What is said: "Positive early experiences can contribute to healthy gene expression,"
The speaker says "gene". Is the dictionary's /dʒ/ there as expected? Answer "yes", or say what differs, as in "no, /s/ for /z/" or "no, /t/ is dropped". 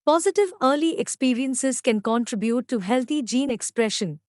yes